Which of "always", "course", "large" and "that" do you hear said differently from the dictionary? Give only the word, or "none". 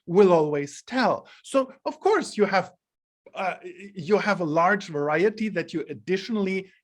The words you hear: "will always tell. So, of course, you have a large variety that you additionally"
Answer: none